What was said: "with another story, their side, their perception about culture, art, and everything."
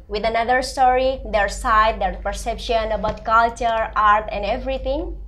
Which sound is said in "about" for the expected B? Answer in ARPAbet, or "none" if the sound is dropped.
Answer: B